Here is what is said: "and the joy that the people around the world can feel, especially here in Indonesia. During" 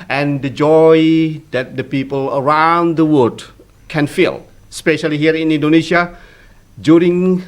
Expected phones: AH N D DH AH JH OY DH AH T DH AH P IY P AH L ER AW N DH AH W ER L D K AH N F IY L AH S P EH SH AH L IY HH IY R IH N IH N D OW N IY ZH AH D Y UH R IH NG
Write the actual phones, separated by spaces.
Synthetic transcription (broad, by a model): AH N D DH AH JH OY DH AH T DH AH P IY P AH L ER AW N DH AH W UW D K AH N F IY L S P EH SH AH L IY HH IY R IH N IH N D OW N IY SH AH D Y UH R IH NG